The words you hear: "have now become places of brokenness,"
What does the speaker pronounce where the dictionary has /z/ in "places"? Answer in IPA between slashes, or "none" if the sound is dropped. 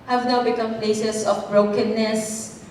/s/